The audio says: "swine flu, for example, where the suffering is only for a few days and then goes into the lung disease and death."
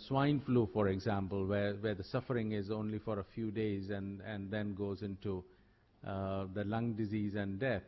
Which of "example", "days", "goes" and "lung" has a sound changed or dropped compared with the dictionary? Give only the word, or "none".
none